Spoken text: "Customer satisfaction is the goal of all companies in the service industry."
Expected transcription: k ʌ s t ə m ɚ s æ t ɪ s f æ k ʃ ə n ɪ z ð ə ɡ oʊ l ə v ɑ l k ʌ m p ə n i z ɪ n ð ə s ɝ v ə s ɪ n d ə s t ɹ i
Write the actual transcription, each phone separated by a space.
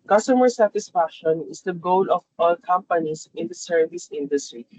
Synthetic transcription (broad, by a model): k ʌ s t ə m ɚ s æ t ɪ s f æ k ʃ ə n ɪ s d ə ɡ oʊ l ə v ɑ l k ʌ m p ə n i s ɪ n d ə s ɝ v ə s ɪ n d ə s t ɹ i